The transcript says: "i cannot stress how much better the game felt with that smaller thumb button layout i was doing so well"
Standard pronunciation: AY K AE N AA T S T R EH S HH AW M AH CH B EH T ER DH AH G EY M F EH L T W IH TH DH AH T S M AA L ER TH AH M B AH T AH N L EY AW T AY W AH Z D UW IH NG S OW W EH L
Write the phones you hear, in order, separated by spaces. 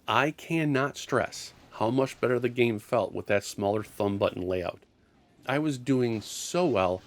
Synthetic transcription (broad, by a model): AY K AE N AA T S T R EH S HH AW M AH CH B EH T ER DH AH G EY M F EH L T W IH DH AH T S M AA L ER TH AH M B AH T N L EY AW T AY W AH Z D UW IH NG S OW W EH L